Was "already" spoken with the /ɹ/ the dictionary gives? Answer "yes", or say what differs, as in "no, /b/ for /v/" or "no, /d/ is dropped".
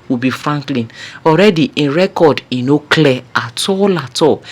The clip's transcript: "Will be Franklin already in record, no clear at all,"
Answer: yes